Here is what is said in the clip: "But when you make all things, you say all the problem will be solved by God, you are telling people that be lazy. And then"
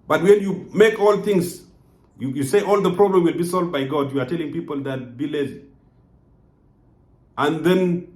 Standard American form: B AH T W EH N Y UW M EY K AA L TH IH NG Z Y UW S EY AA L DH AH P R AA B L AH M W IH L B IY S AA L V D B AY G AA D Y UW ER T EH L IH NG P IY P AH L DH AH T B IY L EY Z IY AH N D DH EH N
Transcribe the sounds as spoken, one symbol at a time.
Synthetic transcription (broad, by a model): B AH T W EH N Y UW M EY K AA L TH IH NG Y Y UW S EY AA L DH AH P R AA B L AH M W IH L B IY S AA L V D B AY G AA D Y UW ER T EH L IH NG P IY P AH L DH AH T B IY L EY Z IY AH N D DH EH N